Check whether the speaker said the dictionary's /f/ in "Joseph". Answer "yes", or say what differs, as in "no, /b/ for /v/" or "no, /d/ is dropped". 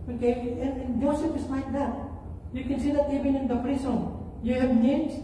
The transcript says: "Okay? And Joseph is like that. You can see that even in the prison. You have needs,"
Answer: no, /p/ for /f/